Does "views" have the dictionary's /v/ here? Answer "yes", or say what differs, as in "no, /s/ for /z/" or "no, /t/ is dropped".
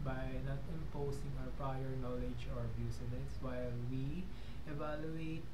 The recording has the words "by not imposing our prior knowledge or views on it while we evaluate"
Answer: no, /b/ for /v/